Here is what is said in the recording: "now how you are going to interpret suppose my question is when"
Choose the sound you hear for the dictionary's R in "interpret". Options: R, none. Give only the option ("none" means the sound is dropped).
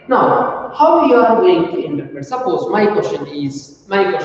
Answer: none